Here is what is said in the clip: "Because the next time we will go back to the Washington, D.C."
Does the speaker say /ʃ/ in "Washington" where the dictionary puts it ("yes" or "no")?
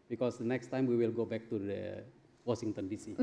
no